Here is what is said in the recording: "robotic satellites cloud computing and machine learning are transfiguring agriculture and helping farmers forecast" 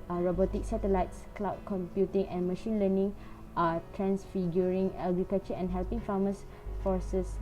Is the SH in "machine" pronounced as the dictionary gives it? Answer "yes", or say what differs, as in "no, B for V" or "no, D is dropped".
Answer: yes